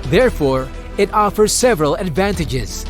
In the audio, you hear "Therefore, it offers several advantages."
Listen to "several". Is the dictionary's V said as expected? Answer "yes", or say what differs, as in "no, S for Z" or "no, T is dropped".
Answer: yes